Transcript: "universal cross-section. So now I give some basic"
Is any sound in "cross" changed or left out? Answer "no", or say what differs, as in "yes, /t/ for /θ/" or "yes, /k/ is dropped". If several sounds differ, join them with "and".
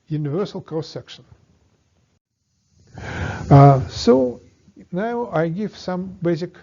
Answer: yes, /ɹ/ is dropped